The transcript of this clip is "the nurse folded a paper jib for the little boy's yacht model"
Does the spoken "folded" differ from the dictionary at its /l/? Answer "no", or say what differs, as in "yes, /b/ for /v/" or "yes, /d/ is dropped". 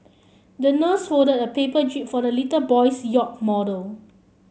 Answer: yes, /l/ is dropped